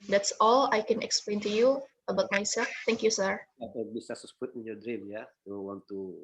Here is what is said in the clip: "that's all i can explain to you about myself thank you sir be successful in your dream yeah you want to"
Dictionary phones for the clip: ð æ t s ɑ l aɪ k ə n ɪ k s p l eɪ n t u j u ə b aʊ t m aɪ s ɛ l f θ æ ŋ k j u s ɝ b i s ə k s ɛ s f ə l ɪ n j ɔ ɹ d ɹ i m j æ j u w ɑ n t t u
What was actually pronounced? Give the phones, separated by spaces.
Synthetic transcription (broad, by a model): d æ t s ɑ l aɪ k ə n ɪ k s p l eɪ n t u j u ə b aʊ t m aɪ s ɛ l f t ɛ ŋ k j u s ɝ b i s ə s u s p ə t ɪ n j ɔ d ɹ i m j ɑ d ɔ w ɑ n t t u